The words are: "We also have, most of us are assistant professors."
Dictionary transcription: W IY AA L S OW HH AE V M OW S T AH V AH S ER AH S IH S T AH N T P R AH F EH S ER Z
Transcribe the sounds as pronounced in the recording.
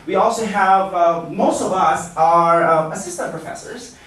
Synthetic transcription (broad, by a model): W IY AA L S OW HH AE V M OW S T AH V AH S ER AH S IH S T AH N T P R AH F EH S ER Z